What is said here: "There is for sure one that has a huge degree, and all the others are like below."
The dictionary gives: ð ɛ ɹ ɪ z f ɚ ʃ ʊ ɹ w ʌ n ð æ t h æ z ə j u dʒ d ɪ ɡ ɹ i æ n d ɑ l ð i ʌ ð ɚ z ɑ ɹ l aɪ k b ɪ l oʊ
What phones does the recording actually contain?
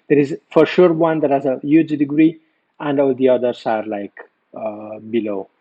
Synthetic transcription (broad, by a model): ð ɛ ɹ ɪ z f ɚ ʃ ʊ ɹ w ʌ n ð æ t h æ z ə j u dʒ d ɪ ɡ ɹ i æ n d ɑ l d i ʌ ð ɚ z ɑ ɹ l aɪ k b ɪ l oʊ